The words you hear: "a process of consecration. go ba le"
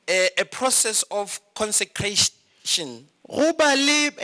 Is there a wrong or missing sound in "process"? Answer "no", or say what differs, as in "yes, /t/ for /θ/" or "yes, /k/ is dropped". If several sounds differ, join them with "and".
no